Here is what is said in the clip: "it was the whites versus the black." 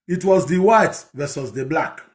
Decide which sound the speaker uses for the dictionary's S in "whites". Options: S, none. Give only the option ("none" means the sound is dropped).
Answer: none